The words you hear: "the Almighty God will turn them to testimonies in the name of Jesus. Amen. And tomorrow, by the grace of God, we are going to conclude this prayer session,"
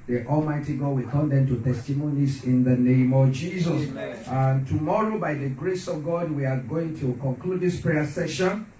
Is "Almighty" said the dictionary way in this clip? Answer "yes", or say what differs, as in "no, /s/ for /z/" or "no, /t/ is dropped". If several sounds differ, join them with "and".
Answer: yes